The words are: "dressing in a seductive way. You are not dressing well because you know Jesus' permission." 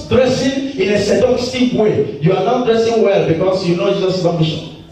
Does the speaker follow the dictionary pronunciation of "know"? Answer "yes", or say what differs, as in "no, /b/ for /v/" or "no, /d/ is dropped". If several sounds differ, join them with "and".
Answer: yes